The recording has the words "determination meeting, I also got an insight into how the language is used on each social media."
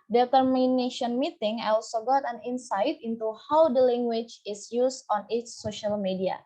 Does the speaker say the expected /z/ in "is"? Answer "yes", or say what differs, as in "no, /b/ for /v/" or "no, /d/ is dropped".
no, /s/ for /z/